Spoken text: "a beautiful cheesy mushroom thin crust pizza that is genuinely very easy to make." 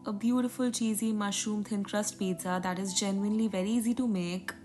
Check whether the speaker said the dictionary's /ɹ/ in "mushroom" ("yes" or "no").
no